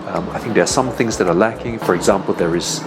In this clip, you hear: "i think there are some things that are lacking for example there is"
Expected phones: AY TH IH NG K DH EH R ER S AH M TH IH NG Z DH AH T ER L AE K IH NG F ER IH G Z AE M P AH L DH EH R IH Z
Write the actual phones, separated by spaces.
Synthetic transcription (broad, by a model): AY TH IH NG K DH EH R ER S AH M TH IH NG Z DH AH T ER L AE K IH NG F ER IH G Z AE M P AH L DH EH R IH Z